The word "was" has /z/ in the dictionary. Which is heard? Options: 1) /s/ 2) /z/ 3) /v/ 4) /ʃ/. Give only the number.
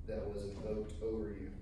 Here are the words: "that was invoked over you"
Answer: 2